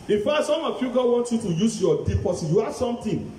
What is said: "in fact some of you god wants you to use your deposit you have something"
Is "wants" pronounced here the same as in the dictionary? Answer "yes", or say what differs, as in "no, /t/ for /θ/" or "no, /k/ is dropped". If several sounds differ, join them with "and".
no, /s/ is dropped